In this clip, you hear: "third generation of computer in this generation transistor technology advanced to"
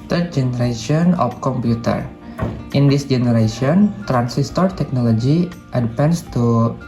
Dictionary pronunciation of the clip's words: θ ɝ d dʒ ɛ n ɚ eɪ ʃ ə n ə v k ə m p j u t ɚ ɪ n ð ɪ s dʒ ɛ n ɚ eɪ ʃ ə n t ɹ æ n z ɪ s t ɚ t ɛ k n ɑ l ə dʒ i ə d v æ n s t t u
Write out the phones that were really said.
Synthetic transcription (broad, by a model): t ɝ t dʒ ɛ n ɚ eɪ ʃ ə n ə f k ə m p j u t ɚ ɪ n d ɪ s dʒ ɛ n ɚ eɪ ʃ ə n t ɹ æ n s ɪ s t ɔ t ɛ k n ɑ l ə dʒ i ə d p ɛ n s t t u